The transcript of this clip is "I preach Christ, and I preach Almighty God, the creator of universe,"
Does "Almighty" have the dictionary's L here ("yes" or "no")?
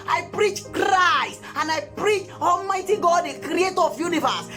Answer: yes